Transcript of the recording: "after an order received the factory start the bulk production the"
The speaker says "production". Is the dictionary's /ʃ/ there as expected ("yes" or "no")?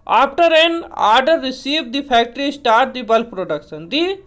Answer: no